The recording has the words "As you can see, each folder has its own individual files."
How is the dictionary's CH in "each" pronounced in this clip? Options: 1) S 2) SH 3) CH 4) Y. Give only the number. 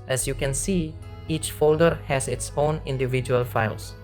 3